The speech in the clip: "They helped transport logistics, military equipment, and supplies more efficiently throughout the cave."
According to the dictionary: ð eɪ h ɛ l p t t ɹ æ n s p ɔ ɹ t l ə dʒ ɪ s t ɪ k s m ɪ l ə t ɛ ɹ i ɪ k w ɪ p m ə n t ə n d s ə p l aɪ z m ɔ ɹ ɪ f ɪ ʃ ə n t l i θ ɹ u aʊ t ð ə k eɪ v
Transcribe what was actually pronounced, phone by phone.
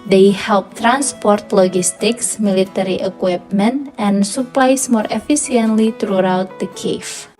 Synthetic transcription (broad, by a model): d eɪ h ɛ l p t t ɹ æ n s p ɔ ɹ t l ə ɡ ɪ s t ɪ k s m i l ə t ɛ ɹ i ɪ k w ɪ p m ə n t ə n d s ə p l aɪ s m ɔ ɹ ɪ f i s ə n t l i t ɹ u aʊ t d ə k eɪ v